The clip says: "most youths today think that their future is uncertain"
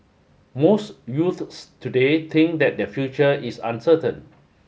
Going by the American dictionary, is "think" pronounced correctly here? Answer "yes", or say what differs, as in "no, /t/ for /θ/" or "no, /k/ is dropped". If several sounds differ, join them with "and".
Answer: no, /t/ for /θ/